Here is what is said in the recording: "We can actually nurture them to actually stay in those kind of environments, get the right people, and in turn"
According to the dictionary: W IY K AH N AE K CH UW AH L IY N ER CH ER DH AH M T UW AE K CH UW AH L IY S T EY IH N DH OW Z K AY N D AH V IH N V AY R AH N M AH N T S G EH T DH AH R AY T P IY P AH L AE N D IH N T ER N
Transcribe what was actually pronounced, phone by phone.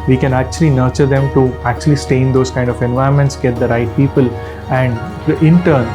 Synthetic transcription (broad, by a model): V IY K AH N AE K CH UW AH L IY N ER CH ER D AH M T UW AE K CH UW AH L IY S T EY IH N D OW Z K AY N D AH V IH N V AY AH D M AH N T S G EH T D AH R AY T P IY P AH L AE N D IH N T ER N